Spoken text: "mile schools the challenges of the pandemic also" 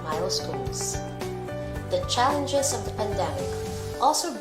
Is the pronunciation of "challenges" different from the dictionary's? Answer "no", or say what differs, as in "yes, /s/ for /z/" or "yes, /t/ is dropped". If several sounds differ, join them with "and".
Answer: no